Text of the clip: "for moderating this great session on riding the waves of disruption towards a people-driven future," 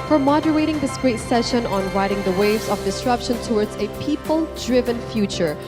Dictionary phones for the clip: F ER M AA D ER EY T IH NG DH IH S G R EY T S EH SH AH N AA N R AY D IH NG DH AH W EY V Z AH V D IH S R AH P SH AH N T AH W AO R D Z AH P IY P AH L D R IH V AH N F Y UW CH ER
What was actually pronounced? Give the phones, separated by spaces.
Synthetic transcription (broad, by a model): F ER M AA D ER EY T IH NG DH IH S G R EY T S EH SH AH N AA N R AY D IH NG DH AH W EY V Z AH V D IH S R AH P SH AH N T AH W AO R D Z AH P IY P AH L D R IH V AH N F Y UW CH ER